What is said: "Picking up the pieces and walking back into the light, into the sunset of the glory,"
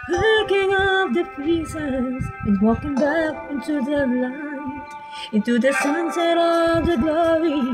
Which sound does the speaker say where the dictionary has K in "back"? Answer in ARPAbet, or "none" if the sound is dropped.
K